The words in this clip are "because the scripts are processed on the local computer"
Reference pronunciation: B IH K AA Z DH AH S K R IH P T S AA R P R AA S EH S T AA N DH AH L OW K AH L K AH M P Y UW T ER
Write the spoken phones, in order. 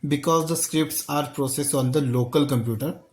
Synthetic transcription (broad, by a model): B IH K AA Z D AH S K R IH P T S AA R P R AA S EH S AA N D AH L OW K AH L K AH M P Y UW T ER